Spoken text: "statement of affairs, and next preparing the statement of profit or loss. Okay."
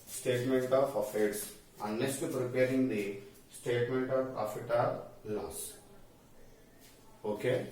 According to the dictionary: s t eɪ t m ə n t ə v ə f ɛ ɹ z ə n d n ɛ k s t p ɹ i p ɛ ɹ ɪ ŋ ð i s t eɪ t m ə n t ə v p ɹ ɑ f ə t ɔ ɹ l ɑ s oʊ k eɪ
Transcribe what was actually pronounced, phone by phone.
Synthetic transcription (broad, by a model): s t eɪ t m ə n t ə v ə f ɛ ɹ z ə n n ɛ s t p ɹ i p ɛ ɹ ɪ ŋ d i s t eɪ t m ə n t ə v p ɹ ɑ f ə t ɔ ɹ l ɑ s oʊ k eɪ